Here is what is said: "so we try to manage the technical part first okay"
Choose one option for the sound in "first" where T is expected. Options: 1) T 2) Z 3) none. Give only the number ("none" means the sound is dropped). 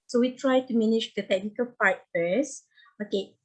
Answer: 3